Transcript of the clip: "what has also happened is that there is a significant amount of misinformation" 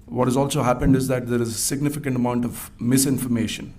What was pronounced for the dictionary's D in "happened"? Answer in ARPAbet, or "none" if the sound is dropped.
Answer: D